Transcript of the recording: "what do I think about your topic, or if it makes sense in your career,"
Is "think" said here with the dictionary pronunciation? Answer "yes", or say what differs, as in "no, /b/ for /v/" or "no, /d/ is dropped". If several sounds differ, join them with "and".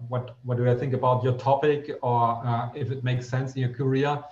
yes